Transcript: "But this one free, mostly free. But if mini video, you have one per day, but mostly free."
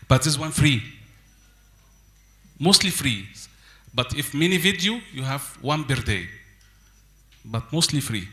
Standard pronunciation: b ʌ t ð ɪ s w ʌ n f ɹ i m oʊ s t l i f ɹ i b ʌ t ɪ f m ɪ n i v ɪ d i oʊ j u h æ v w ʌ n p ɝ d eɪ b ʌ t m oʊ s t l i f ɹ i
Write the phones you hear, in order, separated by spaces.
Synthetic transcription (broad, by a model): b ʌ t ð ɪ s w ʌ n f ɹ i m oʊ s t l i f ɹ i b ʌ t ɪ f m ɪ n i v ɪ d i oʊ j u h æ v w ʌ n b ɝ d eɪ b ʌ t m oʊ s t l i f ɹ i